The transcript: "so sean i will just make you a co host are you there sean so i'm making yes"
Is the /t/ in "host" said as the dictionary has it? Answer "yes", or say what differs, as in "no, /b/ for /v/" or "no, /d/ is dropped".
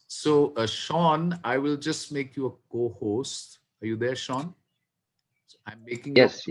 yes